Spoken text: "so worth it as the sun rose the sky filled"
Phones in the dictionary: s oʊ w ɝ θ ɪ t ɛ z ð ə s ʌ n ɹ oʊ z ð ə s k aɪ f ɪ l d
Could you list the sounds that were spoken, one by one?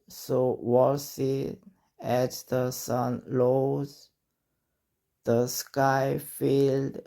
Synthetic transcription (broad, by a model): s oʊ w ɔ s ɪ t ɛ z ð ə s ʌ n l oʊ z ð ə s k aɪ f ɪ l d